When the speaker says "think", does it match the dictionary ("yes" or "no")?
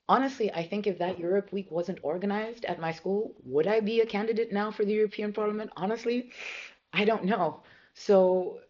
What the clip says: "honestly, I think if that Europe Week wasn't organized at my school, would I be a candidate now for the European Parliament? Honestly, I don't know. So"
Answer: yes